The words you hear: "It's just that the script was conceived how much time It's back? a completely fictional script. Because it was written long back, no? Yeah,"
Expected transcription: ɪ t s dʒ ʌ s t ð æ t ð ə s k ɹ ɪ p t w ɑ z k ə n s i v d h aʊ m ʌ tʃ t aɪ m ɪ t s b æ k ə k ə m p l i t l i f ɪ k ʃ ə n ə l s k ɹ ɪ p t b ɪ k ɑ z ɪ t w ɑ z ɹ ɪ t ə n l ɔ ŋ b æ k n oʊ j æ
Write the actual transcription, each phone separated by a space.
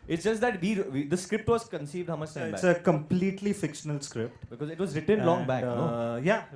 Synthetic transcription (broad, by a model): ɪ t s dʒ ʌ s t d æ t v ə s k ɹ ɪ p t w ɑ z k ə n s i v d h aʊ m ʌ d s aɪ ɪ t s ə k ə m p l i t l i f ɪ k ʃ ə n ə l s k ɹ ɪ p t b ɪ k ɑ z ɪ t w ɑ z ɹ ɪ t ə n l ɔ ŋ b æ k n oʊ j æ